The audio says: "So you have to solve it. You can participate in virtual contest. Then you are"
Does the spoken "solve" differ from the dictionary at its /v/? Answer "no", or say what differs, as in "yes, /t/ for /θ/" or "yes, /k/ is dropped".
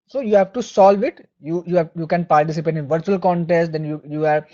no